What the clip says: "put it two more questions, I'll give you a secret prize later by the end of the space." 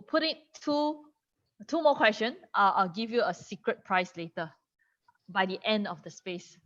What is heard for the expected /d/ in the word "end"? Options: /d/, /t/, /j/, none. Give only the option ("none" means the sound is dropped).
/d/